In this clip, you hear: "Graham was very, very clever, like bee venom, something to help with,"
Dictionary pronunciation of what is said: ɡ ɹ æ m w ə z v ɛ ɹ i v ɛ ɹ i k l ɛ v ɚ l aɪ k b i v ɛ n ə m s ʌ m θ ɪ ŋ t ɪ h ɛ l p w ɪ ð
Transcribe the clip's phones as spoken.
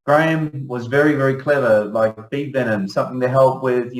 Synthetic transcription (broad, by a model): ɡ ɹ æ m w ə z v ɛ ɹ i v ɛ ɹ i k l ɛ v ɚ l aɪ k b i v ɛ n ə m s ʌ m θ ɪ ŋ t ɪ h ɛ l p w ɪ ð